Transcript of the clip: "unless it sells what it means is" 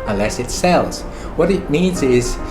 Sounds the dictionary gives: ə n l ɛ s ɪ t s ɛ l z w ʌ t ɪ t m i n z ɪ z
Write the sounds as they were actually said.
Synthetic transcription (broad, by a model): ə n l ɛ s ɪ t s ɛ l z w ʌ t ɪ t m i n z ɪ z